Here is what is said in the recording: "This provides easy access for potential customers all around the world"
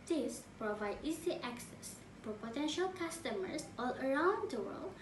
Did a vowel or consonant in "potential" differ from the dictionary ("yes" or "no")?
no